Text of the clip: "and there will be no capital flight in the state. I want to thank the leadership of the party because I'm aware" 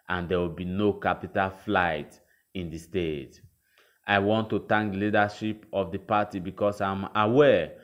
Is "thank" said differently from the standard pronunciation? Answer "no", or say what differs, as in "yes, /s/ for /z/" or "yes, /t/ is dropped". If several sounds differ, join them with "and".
yes, /t/ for /θ/